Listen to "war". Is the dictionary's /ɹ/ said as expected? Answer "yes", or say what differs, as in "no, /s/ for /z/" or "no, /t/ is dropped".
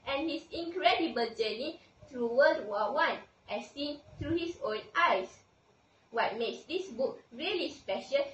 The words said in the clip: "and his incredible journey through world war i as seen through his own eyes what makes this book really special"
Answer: no, /w/ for /ɹ/